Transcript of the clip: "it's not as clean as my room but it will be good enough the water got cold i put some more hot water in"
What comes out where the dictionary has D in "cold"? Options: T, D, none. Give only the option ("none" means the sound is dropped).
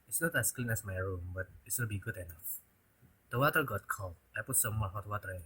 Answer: none